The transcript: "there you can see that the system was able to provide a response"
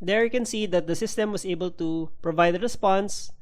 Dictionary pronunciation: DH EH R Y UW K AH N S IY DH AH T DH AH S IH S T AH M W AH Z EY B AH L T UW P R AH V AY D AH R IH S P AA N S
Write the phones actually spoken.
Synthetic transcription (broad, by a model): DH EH R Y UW K AH N S IY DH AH T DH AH S IH S T AH M W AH S EY B AH L T UW P R AH V AY D AH R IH S P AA N S